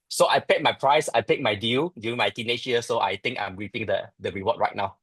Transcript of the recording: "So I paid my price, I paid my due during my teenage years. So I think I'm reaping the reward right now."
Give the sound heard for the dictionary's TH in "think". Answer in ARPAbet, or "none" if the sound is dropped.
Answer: T